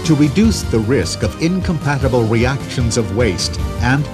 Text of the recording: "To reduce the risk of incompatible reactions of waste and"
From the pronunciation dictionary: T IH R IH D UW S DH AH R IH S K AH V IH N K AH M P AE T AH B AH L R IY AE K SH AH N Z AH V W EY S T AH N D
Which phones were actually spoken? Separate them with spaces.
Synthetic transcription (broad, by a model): T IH R IH D UW S DH AH R IH S K AH V IH N K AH M P AE T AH B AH L R IY AE K SH AH N Z AH V W EY S T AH N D